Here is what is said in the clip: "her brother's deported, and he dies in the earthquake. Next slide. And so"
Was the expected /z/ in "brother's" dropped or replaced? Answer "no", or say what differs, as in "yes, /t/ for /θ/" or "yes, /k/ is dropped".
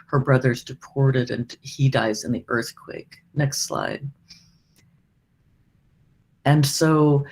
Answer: no